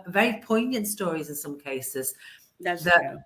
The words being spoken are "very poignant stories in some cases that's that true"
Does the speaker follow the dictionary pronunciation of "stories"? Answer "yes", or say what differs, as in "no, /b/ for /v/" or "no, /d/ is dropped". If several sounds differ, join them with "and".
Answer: yes